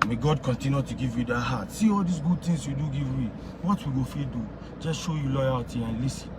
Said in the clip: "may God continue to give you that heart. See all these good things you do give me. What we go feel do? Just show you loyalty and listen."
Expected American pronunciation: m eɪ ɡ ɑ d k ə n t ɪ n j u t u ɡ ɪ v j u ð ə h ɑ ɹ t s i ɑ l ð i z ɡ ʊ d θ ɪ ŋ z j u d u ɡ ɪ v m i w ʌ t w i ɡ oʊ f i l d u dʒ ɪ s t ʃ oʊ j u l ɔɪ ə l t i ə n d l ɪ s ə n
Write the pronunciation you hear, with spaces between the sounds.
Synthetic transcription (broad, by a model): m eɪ ɡ ɑ d k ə n t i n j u t u ɡ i v j u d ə h ɑ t s i ɑ l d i s ɡ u d t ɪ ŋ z j u d u ɡ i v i w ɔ t w i ɡ oʊ f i d u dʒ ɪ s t ʃ oʊ j u l ɔɪ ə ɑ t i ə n l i s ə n